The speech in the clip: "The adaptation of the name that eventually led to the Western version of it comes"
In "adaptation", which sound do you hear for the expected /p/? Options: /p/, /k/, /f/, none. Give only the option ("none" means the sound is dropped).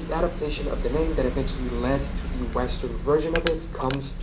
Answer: /p/